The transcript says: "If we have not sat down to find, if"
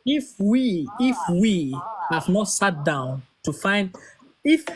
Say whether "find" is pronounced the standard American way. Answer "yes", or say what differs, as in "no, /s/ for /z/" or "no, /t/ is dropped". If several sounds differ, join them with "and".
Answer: yes